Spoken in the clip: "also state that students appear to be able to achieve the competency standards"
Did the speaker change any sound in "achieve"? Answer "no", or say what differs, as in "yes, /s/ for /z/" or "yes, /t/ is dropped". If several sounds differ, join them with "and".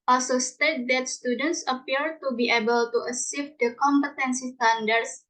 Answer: yes, /s/ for /tʃ/